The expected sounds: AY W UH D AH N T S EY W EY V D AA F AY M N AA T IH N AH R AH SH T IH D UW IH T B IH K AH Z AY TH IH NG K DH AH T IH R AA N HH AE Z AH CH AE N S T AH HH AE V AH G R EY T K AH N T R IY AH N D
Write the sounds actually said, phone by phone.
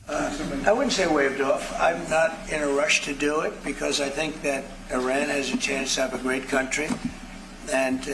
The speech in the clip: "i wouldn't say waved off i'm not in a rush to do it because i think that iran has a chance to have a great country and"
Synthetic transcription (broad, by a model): AY W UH D N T S EY W EY V D AA F AY M N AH T IH N AH R AH SH T IH D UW IH T B IH K AH Z AY TH IH NG K DH AH T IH R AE N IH Z AH CH AE N S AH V AH G R EY T K AH N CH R IY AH N